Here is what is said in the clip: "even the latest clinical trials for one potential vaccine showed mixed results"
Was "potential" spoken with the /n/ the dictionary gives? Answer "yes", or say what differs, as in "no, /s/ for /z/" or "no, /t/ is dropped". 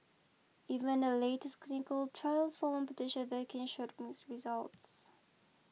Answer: no, /n/ is dropped